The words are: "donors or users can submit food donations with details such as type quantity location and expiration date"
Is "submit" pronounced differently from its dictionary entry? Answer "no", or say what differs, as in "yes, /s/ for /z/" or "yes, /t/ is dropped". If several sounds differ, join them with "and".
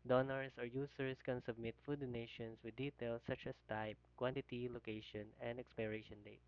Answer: no